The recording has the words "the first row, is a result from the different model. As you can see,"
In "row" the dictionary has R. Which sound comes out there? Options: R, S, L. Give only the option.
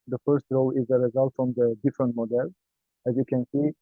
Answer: R